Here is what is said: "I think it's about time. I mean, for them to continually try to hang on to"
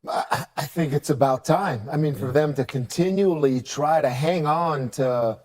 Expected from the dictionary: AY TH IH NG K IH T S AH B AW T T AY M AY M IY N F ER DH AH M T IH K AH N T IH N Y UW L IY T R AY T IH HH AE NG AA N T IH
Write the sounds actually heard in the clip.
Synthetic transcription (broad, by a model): AY TH IH NG K IH T S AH B AW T T AY M AY M IY N F ER DH AH M T IH K AH N T IH N Y UW L IY T R AY T IH HH AE NG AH N T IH